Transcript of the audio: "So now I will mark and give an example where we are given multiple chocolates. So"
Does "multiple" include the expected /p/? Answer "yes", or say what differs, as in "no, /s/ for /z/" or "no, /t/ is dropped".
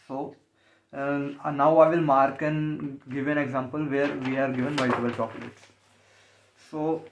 no, /b/ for /p/